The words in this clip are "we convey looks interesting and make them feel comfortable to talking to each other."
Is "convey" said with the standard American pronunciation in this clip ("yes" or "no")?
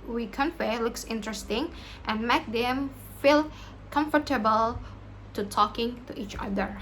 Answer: no